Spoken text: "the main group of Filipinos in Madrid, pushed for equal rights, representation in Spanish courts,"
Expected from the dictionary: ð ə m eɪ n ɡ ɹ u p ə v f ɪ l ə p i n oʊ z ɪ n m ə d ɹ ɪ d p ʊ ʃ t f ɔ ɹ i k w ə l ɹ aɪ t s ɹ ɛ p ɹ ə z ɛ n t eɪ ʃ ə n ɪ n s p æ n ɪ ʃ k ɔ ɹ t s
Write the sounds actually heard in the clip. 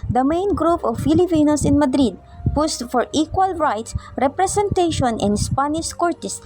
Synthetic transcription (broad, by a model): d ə m eɪ n ɡ ɹ u p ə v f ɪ l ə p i n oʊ s ɪ n m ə d ɹ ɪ d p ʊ s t f ɔ ɹ i k w ə l ɹ aɪ t s ɹ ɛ p ɹ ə s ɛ n t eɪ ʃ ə n ɪ n s p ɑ n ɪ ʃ k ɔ ɹ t s